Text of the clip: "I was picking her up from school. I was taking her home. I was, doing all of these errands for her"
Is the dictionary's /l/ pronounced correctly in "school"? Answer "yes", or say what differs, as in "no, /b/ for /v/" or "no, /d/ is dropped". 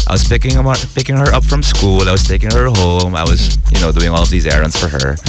yes